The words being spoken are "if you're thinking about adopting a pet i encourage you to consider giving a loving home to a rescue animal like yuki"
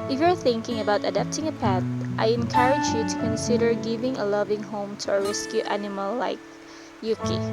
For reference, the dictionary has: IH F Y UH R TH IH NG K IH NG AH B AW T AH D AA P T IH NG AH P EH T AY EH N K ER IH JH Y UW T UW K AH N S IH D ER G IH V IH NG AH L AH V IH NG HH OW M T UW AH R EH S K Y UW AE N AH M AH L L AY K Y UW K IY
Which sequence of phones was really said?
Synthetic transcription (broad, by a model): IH F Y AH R TH IH NG K IH NG AH B AW T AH D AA P T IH NG AH P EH T AY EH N K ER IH JH Y UW T UW K AH N S IH D ER G IH V IH NG AH L AH V IH NG HH OW M T UW AH R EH S K Y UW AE N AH M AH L L AY K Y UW K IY